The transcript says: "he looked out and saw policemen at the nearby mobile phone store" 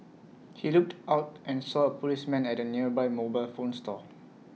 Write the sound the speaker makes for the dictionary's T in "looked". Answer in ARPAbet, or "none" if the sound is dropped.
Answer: T